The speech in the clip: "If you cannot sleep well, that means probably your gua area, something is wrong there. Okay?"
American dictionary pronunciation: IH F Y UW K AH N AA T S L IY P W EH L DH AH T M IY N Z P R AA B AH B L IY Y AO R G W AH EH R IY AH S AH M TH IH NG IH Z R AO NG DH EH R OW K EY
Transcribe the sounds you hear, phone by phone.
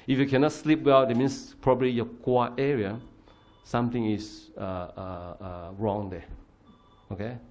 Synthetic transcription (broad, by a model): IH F Y UW K AH N AA T S L IY P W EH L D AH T M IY N S P R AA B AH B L IY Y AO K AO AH EH R IY AH S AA M T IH NG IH S R AO NG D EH OW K EY